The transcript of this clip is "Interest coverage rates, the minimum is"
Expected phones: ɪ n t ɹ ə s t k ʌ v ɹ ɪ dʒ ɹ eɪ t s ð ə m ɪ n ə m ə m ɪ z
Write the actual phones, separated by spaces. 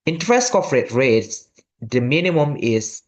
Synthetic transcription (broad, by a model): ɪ n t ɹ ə s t k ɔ f ɹ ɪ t ɹ eɪ t s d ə m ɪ n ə m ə m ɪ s